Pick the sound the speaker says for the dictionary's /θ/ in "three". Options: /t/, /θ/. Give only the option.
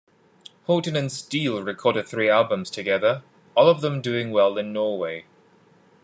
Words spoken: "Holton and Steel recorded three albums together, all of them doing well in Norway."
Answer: /θ/